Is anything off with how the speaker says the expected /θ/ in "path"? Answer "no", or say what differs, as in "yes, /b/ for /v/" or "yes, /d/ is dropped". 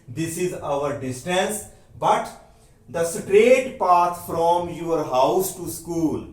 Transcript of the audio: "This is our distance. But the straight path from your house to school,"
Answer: yes, /t/ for /θ/